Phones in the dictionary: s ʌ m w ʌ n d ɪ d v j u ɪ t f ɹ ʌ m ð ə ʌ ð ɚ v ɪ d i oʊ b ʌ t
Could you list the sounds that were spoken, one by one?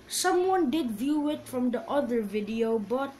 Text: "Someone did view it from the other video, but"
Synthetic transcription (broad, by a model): s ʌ m w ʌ n d ɪ d v j u ɪ t f ɹ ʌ m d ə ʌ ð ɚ v ɪ d i oʊ b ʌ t